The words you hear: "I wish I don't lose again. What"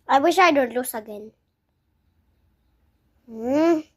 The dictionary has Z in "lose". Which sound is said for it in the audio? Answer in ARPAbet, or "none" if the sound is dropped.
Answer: S